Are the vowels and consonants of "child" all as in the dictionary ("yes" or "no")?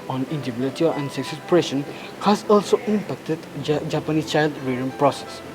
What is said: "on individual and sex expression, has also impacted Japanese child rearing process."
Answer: yes